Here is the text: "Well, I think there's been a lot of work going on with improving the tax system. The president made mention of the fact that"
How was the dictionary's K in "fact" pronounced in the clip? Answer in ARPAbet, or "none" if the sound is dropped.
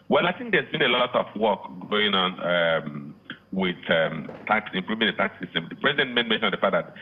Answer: none